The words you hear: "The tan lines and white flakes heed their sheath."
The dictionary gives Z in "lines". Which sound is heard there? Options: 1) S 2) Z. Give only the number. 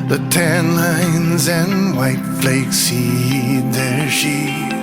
2